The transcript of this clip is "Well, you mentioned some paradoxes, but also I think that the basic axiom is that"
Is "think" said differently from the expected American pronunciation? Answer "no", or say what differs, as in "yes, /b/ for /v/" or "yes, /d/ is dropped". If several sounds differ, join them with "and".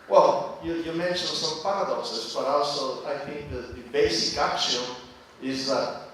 no